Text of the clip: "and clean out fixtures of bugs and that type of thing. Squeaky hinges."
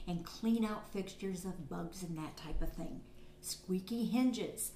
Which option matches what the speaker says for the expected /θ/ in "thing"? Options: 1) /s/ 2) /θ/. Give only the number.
2